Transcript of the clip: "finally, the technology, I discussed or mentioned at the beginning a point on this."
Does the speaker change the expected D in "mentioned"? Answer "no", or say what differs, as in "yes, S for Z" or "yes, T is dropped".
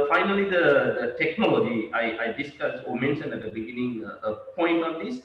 yes, D is dropped